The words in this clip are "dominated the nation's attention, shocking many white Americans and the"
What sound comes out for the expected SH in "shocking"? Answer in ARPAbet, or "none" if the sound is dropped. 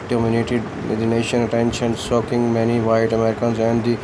S